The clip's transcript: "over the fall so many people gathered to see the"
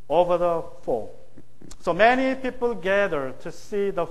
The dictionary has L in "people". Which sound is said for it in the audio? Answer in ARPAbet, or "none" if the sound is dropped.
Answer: L